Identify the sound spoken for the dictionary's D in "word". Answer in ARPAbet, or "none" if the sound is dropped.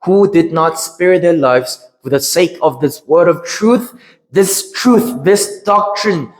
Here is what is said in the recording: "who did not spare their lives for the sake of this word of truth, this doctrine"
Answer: D